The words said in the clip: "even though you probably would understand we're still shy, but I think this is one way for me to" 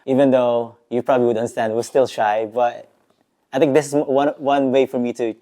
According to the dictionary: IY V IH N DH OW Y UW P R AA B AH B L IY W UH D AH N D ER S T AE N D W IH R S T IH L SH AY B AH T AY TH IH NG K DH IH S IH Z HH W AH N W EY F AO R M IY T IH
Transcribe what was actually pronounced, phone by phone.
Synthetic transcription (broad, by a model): IY V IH N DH OW Y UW P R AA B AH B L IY W UH D AH N D ER S T AE N D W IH L S T IH L SH AY B AH T AY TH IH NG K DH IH S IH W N W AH N W EY F AO R M IY T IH